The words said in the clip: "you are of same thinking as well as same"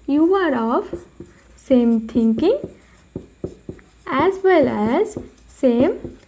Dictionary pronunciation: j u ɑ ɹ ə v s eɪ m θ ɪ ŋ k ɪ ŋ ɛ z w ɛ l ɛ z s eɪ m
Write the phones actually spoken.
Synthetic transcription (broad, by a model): j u ɑ ɹ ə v s eɪ m t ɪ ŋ k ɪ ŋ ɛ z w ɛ l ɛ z s eɪ m